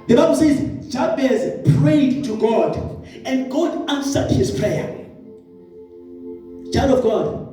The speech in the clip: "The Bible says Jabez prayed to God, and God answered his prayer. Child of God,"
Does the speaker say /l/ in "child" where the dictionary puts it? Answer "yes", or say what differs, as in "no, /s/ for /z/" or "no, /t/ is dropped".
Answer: no, /l/ is dropped